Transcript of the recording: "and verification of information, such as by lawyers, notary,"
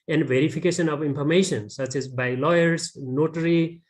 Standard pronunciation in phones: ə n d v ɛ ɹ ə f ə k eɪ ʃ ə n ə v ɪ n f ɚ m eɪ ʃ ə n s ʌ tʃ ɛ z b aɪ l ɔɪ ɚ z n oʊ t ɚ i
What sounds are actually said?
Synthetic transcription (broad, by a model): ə n d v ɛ ɹ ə p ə k eɪ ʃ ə n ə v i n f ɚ m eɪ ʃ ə n s ʌ tʃ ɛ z b aɪ l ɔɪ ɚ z n oʊ t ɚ i